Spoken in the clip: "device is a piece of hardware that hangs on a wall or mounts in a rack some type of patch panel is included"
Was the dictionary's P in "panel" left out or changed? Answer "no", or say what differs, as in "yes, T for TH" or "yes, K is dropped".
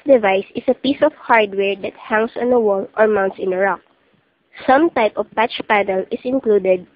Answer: no